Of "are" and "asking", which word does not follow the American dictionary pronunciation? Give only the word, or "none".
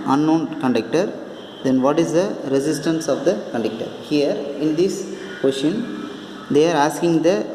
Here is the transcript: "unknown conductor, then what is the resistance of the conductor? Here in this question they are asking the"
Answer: none